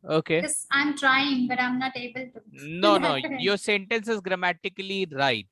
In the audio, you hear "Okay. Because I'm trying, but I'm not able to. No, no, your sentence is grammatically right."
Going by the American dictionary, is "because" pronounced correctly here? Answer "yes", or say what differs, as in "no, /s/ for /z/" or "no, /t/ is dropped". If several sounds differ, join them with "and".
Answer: no, /z/ is dropped